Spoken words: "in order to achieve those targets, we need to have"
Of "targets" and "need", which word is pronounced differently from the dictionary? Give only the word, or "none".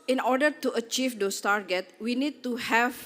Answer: targets